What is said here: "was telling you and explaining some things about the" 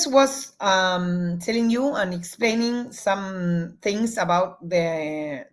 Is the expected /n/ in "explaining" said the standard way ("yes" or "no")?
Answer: yes